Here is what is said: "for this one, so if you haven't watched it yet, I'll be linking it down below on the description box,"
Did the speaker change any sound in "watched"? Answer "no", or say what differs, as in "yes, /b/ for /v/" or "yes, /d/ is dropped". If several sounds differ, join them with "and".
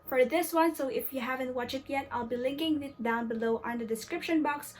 yes, /t/ is dropped